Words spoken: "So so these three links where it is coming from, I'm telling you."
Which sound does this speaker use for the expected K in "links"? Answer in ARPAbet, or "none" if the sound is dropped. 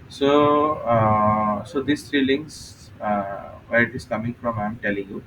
none